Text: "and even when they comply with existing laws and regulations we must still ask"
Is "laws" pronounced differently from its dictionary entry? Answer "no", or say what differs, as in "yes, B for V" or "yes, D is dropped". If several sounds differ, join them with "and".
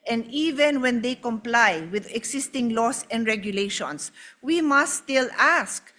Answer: yes, S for Z